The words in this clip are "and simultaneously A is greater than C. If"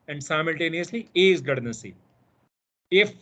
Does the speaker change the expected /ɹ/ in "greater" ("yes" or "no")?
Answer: yes